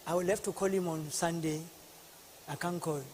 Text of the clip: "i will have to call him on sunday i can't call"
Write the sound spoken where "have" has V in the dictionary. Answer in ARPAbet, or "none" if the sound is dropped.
F